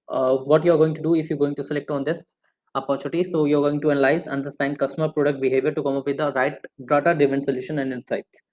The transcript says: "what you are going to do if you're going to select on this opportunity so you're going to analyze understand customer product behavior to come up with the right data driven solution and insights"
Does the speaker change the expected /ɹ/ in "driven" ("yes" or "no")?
yes